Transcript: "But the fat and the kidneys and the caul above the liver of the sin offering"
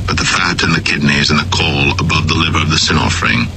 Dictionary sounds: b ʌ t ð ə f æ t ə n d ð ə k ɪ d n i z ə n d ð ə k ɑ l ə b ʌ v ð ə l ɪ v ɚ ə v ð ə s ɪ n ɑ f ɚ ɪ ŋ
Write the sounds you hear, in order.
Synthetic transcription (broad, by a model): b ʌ t ð ə f æ t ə n ð ə k ɪ d n i z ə n ð ə k ɑ l ə b ʌ v ð ə l ɪ v ɚ ə v ð ə s ɪ n ɑ f ɚ ɪ ŋ